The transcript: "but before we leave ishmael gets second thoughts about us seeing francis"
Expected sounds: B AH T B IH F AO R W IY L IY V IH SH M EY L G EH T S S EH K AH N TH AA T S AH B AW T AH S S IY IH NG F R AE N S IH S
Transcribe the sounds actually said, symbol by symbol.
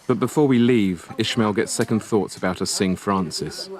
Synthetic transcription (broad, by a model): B AH T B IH F AO W IY L IY V IH SH M EY L G EH T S S EH K AH N TH AA T S AH B AW T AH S S IH NG F R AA N S IH S